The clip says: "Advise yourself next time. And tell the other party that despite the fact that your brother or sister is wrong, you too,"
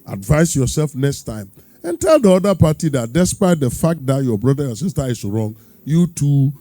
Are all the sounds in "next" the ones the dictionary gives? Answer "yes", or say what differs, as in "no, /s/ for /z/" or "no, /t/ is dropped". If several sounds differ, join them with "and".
yes